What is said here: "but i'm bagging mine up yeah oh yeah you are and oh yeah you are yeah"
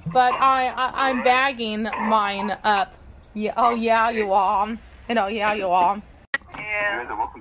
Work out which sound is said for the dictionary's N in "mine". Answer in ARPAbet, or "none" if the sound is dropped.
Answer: N